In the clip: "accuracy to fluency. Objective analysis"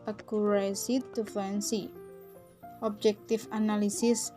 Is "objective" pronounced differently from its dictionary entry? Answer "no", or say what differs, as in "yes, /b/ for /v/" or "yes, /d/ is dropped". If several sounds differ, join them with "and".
yes, /f/ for /v/